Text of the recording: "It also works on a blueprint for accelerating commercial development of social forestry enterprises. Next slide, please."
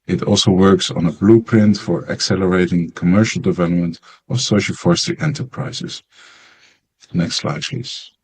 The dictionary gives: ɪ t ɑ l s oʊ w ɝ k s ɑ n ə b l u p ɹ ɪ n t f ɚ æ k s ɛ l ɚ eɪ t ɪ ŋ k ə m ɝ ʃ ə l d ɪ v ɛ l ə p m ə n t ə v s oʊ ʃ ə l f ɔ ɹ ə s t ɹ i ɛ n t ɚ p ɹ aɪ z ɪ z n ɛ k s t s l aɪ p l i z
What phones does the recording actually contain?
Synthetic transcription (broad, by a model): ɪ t ɑ l s oʊ w ɝ k s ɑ n ə b l u p ɹ ɪ n t f ɚ æ k s ɛ l ɚ eɪ t ɪ ŋ k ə m ɝ ʃ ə l d ɪ v ɛ l ə p m ə n t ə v s oʊ ʃ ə l f ɔ ɹ s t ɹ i ɛ n t ɚ p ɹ aɪ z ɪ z n ɛ k s t s l aɪ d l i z